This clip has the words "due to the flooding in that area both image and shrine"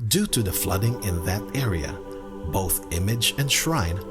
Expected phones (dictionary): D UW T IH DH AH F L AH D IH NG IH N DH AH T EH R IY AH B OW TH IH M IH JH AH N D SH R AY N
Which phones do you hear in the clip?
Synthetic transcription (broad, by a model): D UW T IH DH AH F L AH D IH NG IH N DH AH T EH R IY AH B OW TH IH M IH JH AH N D SH R AY N